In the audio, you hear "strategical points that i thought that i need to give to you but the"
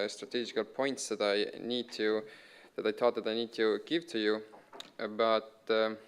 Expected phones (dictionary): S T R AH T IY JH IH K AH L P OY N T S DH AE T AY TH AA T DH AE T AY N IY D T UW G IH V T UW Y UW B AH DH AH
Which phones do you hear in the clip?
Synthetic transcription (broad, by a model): S T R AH T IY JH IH K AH L P OY N T S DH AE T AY T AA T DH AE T AY N IY D T UW G IH V T UW Y UW B AH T